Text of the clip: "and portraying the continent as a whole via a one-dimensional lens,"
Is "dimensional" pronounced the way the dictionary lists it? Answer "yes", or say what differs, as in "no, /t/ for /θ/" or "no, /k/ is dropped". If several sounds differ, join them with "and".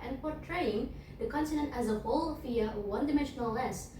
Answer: yes